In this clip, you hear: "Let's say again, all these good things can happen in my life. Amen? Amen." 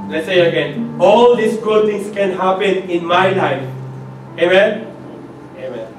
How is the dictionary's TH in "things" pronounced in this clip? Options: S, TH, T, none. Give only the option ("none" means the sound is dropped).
T